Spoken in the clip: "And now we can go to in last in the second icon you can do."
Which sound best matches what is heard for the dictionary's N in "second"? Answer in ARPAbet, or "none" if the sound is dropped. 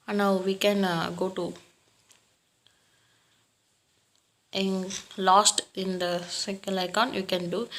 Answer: L